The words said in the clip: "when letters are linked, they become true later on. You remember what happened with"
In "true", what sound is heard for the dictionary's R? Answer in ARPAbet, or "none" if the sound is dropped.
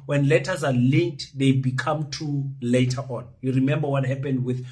none